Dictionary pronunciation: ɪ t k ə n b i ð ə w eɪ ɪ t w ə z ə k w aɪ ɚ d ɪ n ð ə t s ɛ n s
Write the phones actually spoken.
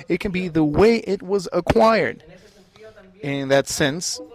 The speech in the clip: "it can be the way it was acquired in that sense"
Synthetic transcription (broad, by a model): ɪ t k ə n b i ð ə w eɪ ɪ t w ə z ə k w aɪ ɚ d ɪ n ð ə t s ɛ n s